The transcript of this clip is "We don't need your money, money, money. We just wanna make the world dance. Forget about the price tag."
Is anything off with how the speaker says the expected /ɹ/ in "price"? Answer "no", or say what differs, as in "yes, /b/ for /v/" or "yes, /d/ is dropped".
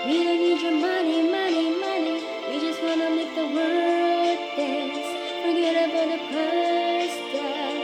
yes, /ɹ/ is dropped